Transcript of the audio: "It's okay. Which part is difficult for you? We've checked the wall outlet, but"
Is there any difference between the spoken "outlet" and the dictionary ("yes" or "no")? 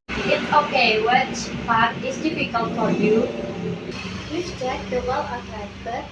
yes